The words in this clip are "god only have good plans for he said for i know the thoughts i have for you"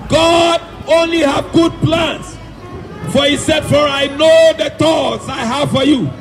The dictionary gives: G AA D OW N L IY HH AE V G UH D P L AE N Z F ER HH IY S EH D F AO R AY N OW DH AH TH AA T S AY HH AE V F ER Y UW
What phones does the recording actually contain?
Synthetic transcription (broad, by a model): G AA D OW N L IY HH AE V G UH D P L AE N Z F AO HH IY S EH D F AO R AY N OW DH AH T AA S AY HH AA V F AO Y UW